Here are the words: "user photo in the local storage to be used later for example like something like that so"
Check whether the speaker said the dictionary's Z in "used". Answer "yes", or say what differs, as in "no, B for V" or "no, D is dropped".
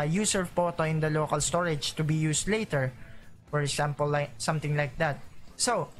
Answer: no, S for Z